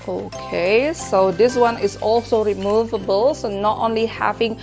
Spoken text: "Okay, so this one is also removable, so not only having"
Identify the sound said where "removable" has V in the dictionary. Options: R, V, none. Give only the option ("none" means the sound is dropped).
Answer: V